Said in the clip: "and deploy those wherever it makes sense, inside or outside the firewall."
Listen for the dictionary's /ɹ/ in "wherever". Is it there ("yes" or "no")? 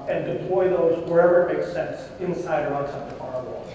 yes